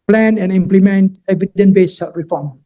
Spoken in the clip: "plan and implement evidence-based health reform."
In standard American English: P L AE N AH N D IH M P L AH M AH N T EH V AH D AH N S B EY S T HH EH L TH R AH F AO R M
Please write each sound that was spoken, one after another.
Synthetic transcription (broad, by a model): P L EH N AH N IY M P L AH M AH N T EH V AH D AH N B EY S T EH R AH F AO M